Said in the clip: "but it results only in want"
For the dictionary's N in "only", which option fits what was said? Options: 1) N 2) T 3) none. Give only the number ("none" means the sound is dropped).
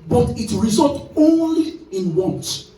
1